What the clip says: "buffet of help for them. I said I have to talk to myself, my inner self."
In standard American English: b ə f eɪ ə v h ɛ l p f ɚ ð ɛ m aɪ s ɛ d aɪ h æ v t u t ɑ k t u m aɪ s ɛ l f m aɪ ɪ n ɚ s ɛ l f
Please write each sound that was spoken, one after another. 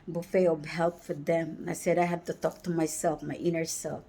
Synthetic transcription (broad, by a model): b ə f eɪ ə b h ɛ l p f ɚ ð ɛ m aɪ s ɛ d aɪ h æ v t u t ɑ k t u m aɪ s ɛ l f m aɪ ɪ n ɚ s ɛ l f